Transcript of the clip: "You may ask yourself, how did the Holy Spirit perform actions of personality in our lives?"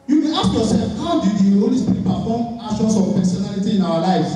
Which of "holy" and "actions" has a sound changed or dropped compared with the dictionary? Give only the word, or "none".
actions